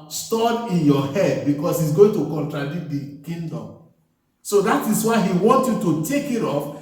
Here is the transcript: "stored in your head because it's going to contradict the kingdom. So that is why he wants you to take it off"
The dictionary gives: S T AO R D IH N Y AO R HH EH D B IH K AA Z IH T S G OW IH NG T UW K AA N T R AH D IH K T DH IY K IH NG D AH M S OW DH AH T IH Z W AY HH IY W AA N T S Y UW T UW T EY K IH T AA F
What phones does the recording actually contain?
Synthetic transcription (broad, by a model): S T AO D IH N Y AO HH EH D B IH K AA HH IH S G OW IH NG T UW K AA N T R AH D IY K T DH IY K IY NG D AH M S OW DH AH T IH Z W AY HH IY W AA N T Y UW T UW T EY K IH T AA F